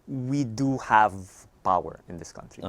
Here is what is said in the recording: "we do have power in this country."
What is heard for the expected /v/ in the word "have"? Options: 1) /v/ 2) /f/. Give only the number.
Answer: 1